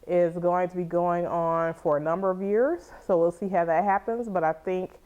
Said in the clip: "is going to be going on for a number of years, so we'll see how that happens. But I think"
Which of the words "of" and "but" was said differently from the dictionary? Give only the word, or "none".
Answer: none